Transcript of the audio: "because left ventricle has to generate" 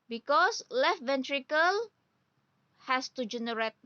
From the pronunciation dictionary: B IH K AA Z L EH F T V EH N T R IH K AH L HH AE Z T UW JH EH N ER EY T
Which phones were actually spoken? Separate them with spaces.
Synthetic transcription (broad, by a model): B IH K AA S L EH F V EH N T R IH K AH L HH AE S T UW JH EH N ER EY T